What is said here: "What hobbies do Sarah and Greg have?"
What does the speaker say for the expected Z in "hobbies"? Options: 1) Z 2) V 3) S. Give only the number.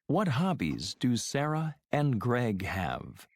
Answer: 1